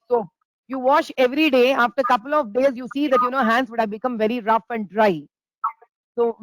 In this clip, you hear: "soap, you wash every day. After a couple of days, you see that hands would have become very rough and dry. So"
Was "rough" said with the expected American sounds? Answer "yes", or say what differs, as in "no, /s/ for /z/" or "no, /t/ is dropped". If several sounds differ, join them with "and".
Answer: yes